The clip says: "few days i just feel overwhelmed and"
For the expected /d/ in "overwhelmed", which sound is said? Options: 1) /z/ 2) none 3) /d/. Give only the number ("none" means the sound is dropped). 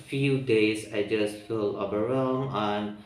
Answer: 2